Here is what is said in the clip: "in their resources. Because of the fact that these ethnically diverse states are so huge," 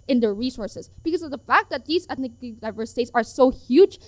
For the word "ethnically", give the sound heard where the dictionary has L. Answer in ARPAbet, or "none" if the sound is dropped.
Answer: N